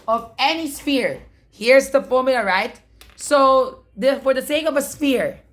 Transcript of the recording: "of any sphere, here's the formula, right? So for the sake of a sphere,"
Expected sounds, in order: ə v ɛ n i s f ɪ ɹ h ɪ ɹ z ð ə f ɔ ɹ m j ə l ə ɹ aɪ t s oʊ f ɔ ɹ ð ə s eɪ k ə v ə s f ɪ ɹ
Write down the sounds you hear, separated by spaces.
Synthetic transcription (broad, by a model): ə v ɛ n i s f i ɹ h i ɹ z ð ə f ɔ m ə ə ɹ aɪ t s oʊ f ɔ ɹ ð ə s eɪ k ə v ə s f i ɹ